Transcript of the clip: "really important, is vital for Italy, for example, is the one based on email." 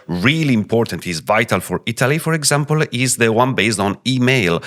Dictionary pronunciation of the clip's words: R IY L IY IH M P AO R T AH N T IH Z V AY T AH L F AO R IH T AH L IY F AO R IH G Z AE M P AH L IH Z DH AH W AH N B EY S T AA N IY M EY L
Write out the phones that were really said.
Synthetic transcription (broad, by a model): R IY L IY IH M P AO R T AH N T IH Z V AY T AH L F AO R IH T AH L IY F AO R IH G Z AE M P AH L IH Z DH AH W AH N B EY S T AA N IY M EY L